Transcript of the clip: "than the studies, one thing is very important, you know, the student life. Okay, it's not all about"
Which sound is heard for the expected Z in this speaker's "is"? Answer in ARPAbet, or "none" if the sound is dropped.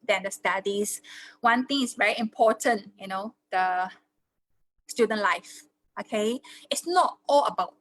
S